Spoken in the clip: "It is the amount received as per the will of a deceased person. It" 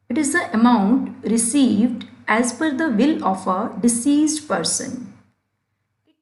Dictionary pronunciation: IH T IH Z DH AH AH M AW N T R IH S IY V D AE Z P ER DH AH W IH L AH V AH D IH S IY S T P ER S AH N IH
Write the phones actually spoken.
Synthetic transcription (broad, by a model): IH T IH Z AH AH M AW N T R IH S IY V D AE Z F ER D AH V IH L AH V AH D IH S IY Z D P ER S AH N